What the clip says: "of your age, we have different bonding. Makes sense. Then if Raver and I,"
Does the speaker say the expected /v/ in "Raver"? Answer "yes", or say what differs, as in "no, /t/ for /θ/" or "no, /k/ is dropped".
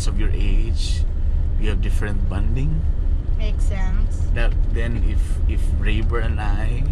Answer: no, /b/ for /v/